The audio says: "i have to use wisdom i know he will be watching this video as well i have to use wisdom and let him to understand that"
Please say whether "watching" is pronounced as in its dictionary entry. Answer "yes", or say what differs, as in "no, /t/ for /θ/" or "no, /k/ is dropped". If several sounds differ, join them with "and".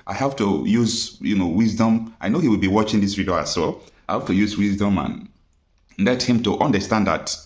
yes